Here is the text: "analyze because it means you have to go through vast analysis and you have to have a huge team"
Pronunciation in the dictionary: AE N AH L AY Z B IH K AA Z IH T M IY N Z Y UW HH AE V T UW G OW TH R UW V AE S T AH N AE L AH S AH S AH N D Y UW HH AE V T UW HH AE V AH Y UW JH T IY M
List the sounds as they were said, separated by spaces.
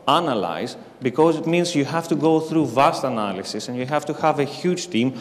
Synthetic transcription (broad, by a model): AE N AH L AY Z B IH K AA Z IH T M IY N Z Y UW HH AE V T UW G OW TH R UW V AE S T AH N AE L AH S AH S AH N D Y UW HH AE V T UW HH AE V AH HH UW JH T IY M